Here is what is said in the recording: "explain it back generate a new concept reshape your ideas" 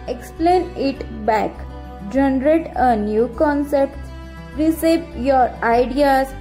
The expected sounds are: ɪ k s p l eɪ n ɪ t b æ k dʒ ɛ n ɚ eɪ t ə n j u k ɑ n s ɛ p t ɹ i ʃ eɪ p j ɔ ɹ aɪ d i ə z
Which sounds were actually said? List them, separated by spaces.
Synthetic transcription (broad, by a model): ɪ k s p l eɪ n ɪ t b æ k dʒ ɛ n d eɪ t ə n j u k ɑ n s ɛ p t ɹ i s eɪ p j ɔ ɹ aɪ d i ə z